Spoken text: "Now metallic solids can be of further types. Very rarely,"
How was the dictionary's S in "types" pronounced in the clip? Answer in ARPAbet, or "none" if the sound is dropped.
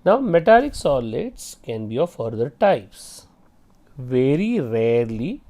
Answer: S